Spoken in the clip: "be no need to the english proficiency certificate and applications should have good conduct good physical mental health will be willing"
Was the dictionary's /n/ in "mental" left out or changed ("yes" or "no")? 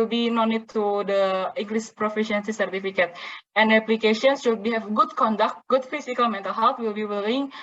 no